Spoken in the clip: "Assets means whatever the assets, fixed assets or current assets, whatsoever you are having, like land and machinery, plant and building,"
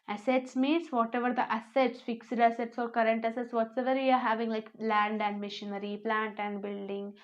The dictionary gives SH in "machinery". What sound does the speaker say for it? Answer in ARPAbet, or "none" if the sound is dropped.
SH